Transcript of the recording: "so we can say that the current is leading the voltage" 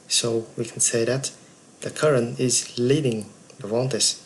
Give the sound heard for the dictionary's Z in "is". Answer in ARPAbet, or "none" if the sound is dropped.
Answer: Z